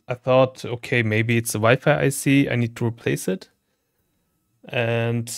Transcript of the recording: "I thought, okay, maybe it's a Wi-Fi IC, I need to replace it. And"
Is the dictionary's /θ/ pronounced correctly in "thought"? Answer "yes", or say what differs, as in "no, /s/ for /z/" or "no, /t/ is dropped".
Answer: yes